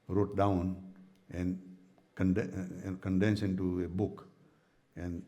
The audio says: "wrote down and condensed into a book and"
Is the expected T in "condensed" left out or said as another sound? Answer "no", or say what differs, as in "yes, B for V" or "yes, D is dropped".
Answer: yes, T is dropped